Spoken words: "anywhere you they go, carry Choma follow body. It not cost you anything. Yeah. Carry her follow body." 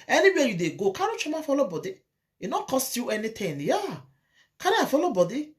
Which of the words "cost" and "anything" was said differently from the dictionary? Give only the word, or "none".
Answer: anything